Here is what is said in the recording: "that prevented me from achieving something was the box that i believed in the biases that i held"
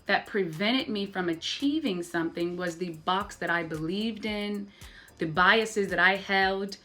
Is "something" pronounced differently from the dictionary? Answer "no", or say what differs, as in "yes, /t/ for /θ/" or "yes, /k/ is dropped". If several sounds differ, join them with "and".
no